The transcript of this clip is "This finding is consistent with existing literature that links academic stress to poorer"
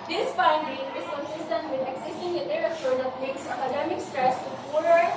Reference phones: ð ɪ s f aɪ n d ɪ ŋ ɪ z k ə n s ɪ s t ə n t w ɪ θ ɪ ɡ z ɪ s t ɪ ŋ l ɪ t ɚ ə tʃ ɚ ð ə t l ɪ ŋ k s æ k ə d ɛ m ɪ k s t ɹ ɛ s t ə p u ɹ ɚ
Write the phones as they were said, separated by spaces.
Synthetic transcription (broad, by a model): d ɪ s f aɪ n d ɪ ŋ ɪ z k ə n s ɪ s t ə n t w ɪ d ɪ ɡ s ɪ s t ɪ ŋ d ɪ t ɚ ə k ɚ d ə t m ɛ k s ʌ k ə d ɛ m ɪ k s t ɹ ɛ s t ə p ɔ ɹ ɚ